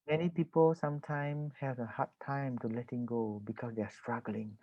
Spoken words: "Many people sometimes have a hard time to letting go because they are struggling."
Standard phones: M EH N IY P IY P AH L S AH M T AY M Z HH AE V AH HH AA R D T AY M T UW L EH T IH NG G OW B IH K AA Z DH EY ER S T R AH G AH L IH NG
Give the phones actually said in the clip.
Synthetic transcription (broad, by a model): M EH N IY P IY P AH L S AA M T AY M HH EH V AH HH AA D T AY M T UW L EH T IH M G OW B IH K AA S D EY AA S T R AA G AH L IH NG